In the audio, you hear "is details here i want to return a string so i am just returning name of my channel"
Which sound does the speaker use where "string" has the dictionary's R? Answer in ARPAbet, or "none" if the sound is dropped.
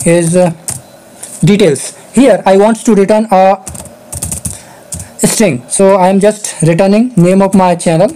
R